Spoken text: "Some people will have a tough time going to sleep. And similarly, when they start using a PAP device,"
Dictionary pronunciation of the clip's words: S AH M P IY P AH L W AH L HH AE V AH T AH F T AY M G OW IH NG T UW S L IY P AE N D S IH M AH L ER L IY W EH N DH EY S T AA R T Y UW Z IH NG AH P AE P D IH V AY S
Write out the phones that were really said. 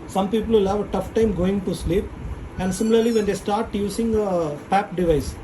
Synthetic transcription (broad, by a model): S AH M P IY P AH L L HH AE V AH T AH F T AY M G OW IH NG T UW S L IY P AE N D S IH M AH L ER L IY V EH N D EY S T AA R T Y UW S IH NG AH P AE P D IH V AY S